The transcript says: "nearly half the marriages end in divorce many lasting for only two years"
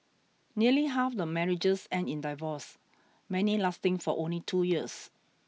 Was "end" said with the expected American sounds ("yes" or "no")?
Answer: no